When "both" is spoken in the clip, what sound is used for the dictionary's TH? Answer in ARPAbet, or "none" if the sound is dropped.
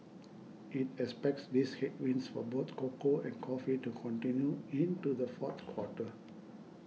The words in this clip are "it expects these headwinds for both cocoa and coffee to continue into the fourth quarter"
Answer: T